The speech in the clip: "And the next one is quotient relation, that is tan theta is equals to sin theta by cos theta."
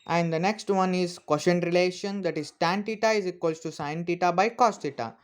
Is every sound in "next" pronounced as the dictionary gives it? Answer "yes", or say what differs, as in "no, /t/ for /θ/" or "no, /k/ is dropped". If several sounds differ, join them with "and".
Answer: yes